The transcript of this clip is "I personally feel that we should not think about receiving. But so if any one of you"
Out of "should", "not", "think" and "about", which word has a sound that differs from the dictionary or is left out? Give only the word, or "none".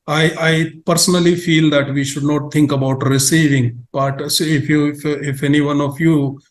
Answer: think